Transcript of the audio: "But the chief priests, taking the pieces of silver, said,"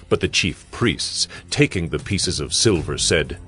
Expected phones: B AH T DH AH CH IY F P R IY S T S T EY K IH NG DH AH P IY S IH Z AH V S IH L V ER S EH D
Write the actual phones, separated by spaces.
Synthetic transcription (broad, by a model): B AH T DH AH CH IY F P R IY S T S T EY K IH NG DH AH P IY S IH Z AH V S IH L V ER S EH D